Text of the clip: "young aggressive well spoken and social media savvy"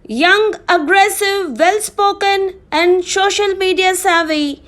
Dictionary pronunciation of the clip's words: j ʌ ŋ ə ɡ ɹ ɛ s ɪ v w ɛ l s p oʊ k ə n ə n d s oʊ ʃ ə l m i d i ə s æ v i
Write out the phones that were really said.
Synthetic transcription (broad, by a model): j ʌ ŋ ə ɡ ɹ ɛ s ɪ v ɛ l s p oʊ k ə n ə n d s oʊ ʃ ə l m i d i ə s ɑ v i